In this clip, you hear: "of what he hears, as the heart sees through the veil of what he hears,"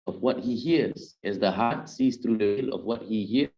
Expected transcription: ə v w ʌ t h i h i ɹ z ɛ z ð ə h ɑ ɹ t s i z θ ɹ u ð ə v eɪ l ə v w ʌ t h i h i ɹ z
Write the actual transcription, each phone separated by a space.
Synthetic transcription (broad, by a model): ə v w ʌ t h i h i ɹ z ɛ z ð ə h ɑ ɹ t s i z θ ɹ u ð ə w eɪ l ə v w ʌ t h i h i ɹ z